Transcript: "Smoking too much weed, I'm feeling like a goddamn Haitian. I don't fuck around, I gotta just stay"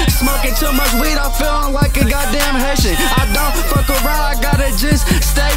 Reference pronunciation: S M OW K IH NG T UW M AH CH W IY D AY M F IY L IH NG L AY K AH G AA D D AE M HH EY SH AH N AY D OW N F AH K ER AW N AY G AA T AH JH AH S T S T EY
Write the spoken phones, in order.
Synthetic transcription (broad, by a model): S M OW K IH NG T UW M AH CH W IY D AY F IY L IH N L AY K AH G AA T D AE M HH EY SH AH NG AY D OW F AH K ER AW AY G AA T AH JH AH S T S T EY